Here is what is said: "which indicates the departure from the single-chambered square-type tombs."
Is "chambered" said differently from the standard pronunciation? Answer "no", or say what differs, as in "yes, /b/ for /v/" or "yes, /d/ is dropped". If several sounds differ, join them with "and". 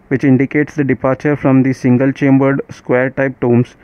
no